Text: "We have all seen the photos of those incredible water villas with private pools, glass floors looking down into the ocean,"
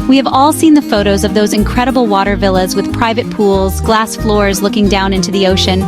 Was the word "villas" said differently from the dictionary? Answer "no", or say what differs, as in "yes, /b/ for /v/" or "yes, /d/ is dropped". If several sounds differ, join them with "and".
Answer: no